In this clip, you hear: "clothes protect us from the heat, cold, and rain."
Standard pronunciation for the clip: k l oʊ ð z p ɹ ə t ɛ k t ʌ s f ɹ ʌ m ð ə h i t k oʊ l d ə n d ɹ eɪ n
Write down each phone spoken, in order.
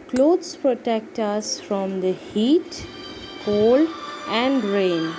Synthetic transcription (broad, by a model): k l oʊ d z p ɹ ə t ɛ k t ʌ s f ɹ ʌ m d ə h i t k oʊ l ə n d ɹ eɪ n